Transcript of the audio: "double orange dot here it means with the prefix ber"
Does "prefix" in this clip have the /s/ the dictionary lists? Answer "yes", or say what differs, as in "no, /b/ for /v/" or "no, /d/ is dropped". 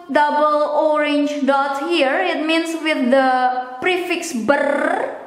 yes